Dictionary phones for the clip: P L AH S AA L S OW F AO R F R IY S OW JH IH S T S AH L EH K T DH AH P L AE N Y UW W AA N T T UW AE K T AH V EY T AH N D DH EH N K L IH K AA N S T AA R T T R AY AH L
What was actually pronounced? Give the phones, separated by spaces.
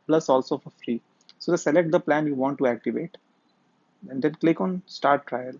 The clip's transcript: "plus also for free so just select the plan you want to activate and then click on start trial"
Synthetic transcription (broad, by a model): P L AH S AA L S OW F AO R F R IY S OW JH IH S S AH L EH K T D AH P L AE N Y UW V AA N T T UW AE K T AH V EY T AH N D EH N K L IH K AA N S T AA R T T R AY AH L